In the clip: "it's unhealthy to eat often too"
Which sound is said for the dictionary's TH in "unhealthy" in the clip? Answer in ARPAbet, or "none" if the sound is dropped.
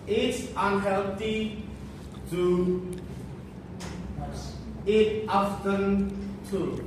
T